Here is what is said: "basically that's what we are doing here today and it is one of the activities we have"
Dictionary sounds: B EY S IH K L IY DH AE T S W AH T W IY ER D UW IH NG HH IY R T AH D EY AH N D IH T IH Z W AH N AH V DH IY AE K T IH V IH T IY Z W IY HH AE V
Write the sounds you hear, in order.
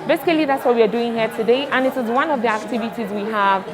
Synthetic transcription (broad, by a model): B EY S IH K L IY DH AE T S W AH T W IY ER D UW IH NG HH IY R T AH D EY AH N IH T IH Z W AH N AH V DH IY AE K T IH V IH T IY Z W IY HH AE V